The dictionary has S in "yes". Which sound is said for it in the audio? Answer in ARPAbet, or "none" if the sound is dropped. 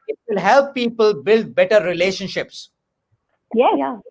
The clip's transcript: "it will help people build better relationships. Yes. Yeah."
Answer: none